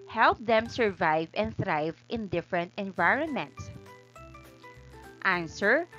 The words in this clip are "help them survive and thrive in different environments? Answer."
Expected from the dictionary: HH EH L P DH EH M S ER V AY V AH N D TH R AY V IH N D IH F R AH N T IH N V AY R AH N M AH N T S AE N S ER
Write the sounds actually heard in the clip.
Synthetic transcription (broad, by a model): HH EH L P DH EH M S ER V AY V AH N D TH R AY V IH N D IH F R AH N T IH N V AY R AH N M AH N T S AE N S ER